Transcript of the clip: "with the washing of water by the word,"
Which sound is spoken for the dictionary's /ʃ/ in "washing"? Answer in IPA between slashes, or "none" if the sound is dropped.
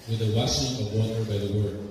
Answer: /s/